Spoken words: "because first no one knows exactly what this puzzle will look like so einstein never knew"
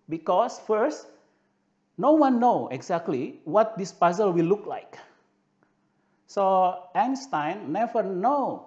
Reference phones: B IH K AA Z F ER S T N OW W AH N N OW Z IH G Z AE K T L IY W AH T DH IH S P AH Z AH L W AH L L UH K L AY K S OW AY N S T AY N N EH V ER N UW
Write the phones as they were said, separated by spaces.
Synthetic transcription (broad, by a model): B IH K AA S F ER S T N OW W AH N N OW IH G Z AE K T L IY W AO T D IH S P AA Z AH L W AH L L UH K L AY K S OW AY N S T AY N N EH V ER N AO